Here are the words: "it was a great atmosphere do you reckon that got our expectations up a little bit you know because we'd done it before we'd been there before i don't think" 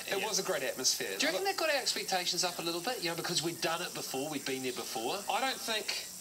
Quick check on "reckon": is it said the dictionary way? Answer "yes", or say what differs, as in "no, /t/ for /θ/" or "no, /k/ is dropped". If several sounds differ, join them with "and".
no, /k/ is dropped